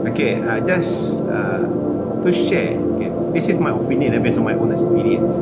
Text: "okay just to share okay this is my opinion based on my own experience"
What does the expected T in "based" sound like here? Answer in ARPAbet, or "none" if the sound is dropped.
none